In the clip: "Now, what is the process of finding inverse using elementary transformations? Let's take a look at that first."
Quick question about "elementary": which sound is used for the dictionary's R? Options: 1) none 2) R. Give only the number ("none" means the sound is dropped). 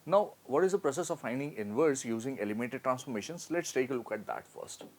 1